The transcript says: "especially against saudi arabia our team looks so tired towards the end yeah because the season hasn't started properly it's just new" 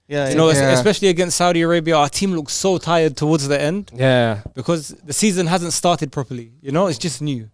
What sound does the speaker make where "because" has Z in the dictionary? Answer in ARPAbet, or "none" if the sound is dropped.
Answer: Z